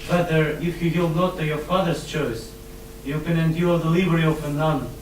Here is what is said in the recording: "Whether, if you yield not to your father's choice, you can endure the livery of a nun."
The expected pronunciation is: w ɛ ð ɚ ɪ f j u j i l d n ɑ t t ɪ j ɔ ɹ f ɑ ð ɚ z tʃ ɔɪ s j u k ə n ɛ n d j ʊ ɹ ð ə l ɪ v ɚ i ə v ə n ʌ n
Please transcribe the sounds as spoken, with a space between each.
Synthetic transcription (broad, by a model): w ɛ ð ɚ ɪ f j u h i l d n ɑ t t ɪ j ɔ ɹ f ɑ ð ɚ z tʃ ɔɪ s j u k ə n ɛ n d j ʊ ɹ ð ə l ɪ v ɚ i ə f ə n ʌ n